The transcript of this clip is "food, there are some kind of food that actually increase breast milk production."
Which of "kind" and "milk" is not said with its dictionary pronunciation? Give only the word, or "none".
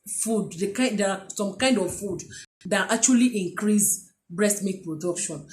milk